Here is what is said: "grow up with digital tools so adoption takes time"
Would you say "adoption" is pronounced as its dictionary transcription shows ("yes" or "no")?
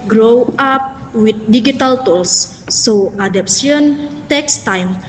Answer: no